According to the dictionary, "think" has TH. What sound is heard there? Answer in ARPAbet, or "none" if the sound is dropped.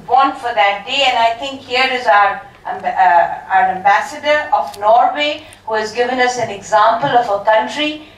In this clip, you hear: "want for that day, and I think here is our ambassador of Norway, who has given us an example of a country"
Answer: T